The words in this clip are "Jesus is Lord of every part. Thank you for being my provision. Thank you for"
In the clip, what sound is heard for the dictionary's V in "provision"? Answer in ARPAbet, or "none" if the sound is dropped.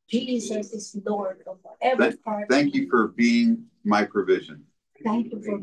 V